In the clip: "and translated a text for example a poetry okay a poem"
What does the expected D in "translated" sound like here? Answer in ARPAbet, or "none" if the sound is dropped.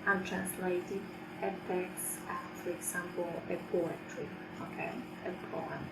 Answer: none